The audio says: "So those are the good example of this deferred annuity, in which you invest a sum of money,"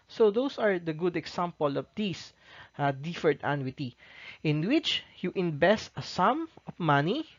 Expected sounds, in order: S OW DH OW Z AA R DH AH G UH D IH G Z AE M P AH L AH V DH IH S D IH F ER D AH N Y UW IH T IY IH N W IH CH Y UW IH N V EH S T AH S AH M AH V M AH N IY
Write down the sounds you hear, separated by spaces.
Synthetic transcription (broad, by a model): S OW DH OW S AA R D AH G UH D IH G S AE M P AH L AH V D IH S D IH F ER D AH N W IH T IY IH N W IH CH Y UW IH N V EH S T AH S AH M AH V M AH N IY